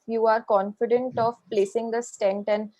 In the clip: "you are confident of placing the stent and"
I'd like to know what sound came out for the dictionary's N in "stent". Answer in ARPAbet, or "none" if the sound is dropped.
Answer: N